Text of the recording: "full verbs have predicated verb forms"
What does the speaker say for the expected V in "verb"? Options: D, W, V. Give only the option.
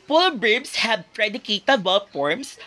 W